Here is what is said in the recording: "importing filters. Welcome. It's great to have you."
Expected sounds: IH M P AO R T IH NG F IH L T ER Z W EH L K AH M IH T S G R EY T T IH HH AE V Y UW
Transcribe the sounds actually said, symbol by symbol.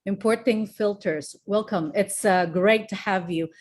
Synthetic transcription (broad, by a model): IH M P AO R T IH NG F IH L T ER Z W EH L K AH M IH T S G R EY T T IH HH AE V Y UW